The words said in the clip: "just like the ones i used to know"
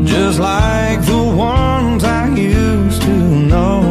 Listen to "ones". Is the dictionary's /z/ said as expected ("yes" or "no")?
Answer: yes